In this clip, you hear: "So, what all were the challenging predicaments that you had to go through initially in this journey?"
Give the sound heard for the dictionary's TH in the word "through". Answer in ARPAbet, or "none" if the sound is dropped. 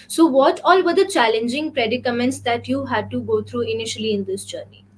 T